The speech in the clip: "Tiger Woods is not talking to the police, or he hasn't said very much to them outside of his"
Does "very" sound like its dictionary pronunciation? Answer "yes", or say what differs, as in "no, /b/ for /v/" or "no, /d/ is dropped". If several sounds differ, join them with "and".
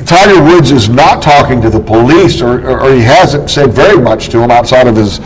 yes